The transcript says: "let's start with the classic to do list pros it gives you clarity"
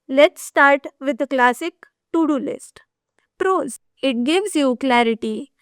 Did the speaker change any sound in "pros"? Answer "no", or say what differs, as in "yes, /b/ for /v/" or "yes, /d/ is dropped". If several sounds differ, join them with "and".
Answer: no